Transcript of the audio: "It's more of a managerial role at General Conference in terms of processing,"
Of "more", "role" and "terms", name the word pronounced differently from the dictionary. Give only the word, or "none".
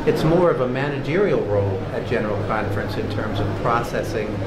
none